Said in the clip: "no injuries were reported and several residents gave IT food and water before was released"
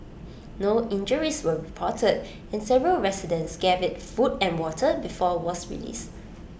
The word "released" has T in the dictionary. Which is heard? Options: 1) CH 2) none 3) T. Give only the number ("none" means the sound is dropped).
2